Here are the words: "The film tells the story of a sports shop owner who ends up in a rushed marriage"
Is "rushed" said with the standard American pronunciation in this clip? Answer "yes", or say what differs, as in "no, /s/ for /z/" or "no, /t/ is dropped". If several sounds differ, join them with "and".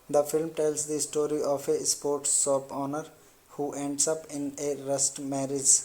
no, /s/ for /ʃ/